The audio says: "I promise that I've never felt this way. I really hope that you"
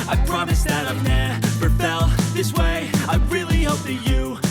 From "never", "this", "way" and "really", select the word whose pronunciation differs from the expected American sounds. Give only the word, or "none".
never